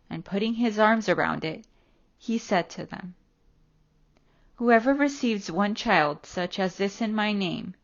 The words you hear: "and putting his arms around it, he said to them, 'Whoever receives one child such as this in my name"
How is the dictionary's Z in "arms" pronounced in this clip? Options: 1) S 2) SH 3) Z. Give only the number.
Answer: 3